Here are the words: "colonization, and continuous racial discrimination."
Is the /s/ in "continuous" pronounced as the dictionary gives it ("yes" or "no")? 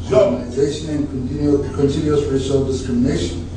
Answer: no